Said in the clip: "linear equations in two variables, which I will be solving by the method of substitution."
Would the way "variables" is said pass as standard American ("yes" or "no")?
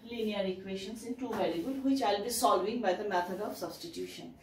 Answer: no